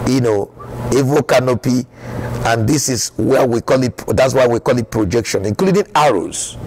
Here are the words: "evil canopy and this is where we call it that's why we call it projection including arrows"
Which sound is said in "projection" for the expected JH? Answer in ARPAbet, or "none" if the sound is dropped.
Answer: JH